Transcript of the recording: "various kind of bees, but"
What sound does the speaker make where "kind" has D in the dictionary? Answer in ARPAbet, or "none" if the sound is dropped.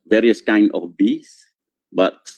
none